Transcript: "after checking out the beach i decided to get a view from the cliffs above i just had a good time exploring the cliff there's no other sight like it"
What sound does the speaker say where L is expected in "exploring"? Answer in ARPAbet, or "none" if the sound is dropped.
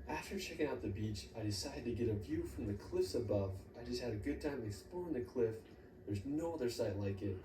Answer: none